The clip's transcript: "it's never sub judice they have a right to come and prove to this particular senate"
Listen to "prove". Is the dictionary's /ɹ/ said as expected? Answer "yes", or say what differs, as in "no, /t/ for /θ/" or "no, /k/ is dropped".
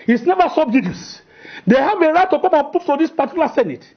no, /ɹ/ is dropped